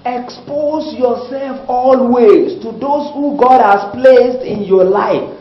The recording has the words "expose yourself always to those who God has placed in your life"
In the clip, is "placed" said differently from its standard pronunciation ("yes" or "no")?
no